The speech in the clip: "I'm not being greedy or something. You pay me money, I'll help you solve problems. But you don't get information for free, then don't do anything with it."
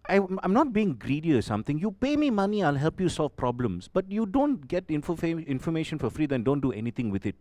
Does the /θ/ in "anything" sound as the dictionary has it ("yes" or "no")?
no